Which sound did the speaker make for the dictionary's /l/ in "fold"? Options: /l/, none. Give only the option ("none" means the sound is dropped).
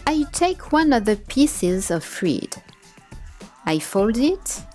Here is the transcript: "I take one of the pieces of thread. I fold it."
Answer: /l/